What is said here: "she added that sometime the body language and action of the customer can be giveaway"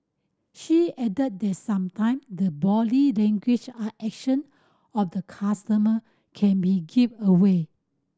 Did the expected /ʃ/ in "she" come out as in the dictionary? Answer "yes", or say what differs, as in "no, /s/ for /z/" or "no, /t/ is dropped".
yes